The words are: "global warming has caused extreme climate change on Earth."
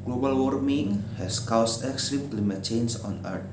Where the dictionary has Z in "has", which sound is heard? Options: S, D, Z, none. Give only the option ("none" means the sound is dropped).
S